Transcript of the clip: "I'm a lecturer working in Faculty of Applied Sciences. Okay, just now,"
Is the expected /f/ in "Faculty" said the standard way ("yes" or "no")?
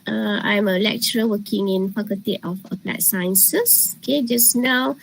no